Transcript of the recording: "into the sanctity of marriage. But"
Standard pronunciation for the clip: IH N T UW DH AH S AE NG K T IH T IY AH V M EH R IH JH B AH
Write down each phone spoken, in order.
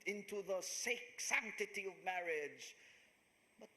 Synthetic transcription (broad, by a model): IH N T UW DH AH S AE NG K T IH T IY AH V M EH R IH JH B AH